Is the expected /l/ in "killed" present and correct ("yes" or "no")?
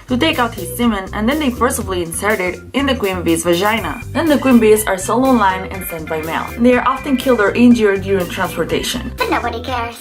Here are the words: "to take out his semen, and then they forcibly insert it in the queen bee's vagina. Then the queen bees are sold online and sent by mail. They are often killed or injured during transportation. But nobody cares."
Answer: yes